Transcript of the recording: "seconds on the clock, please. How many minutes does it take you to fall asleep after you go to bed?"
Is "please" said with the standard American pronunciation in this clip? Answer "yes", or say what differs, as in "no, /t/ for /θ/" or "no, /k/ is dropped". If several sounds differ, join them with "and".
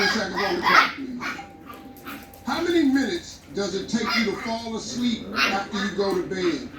no, /l/ is dropped